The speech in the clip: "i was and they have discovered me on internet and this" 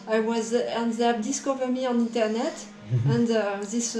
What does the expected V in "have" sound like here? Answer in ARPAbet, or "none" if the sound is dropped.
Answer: P